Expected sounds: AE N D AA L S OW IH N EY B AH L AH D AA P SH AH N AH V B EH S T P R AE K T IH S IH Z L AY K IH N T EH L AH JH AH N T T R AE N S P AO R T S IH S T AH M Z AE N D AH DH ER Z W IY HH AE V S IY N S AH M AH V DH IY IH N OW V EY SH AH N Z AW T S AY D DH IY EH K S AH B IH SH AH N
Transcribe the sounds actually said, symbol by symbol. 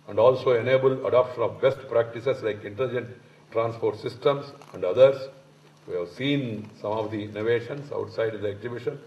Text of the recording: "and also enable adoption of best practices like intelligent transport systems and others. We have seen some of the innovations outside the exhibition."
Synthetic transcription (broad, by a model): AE N D AA L S OW IH N EY B AH L AH D AA P SH AH N AH V B EH S T P R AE K T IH S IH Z L AY K IH N T EH L AH JH AH N T T R AE N S P AO R T S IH S T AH M S AE N D AH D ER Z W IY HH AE V S IY N S AH M AH V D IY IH N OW V EY SH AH N S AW T S AY D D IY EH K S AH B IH SH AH N